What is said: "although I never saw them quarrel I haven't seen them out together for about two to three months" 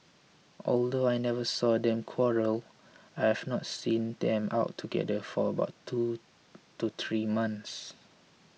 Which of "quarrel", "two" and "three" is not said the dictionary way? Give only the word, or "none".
three